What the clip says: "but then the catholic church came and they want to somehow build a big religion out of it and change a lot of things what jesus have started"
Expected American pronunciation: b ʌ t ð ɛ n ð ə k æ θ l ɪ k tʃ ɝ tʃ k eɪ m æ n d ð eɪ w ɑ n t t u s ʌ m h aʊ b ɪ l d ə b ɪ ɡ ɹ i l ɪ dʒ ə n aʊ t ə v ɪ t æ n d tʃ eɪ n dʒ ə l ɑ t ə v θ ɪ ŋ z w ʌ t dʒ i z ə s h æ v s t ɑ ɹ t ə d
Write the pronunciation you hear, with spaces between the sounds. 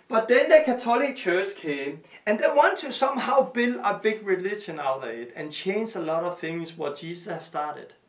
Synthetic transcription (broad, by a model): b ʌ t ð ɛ n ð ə k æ s l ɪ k tʃ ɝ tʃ k eɪ m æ n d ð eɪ w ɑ n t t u s ʌ m h aʊ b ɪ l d ə b ɪ ɡ ɹ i l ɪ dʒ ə n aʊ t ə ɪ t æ n tʃ eɪ n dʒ ə l ɑ t ə v θ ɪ ŋ s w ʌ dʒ i s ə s h æ v s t ɑ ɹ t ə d